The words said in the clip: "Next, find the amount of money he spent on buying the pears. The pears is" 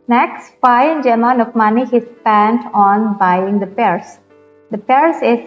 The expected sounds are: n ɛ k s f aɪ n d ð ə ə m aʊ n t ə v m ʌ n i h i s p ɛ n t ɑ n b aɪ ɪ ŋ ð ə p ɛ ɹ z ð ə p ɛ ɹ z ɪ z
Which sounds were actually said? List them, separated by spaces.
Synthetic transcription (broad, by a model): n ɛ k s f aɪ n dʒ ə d m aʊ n ə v m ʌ n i h i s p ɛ n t ɑ n b aɪ ɪ ŋ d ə p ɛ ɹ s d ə p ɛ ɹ s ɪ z